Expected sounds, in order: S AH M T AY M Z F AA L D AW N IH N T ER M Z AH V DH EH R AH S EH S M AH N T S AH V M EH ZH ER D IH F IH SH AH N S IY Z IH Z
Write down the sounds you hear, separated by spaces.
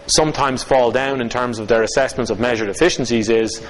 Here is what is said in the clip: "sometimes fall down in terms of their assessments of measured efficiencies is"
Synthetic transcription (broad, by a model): S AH M T AY M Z F AA L D AW N IH N T ER M Z AH V DH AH R AH S EH S M AH N T S AH V M EH ZH ER D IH F IH SH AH N S IY Z IH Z